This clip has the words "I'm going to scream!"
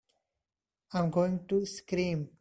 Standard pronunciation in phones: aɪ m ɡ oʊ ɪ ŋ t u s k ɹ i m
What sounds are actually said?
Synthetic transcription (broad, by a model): aɪ m ɡ oʊ ɪ ŋ t u s k ɹ i m